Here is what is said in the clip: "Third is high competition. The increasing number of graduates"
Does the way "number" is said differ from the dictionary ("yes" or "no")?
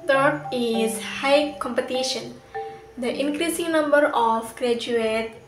no